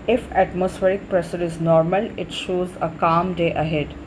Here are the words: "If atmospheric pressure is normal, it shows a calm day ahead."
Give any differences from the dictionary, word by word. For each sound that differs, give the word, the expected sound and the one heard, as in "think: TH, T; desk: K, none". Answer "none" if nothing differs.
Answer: pressure: SH, S